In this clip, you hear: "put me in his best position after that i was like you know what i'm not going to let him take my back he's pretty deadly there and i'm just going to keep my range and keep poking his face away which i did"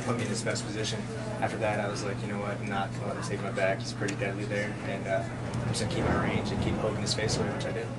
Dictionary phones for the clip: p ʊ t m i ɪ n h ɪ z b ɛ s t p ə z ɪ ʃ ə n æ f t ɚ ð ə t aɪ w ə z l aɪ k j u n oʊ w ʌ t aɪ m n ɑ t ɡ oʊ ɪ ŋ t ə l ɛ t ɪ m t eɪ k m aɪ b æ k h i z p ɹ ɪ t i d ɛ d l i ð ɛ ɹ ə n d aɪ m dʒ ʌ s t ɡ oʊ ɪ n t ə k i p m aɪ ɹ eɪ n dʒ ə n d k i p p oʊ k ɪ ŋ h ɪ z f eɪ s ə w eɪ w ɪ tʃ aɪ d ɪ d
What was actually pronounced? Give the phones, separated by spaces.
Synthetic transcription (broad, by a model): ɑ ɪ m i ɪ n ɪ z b ɛ s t p ə z ɪ ʃ ə n æ f t ɚ ð ə t aɪ w ə z l aɪ k j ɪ n oʊ w ʌ t n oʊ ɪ t ə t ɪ t eɪ k m aɪ b æ k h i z p ɹ ɪ t i d ɛ d l i ð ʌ ɹ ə n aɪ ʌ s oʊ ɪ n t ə k i p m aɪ ɹ eɪ n dʒ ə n k i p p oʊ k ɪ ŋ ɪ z f eɪ s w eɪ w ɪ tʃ aɪ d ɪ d